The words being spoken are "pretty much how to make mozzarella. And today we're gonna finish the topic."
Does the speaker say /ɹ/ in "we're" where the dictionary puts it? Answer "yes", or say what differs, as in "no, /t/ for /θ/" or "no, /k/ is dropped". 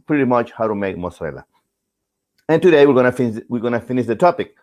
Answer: no, /w/ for /ɹ/